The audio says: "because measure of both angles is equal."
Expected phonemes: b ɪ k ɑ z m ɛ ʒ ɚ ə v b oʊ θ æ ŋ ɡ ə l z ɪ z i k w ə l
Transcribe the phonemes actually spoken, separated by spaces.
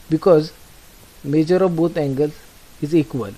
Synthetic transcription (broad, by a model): b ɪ k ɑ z m ɛ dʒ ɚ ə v b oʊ t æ ŋ ɡ ə l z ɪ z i k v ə l